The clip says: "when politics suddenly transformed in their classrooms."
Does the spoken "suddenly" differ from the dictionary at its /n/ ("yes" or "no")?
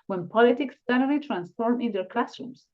yes